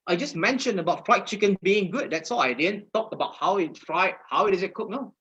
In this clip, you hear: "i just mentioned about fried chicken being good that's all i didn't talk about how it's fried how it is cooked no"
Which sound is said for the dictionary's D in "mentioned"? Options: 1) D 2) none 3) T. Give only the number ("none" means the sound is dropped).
2